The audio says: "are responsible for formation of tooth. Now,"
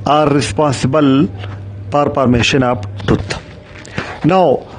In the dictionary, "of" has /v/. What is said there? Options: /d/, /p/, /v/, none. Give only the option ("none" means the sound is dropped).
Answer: /p/